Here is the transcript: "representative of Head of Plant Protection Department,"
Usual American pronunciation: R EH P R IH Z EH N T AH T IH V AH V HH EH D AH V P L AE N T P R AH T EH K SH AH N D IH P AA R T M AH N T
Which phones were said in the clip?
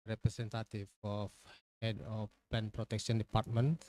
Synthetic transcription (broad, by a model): R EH P R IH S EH N T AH T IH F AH F HH EH D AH F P EH N P R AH T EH K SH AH N D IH P AA R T M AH N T